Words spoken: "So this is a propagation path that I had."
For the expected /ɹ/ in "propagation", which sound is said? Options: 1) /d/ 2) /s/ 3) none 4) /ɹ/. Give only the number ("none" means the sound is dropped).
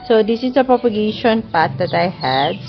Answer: 4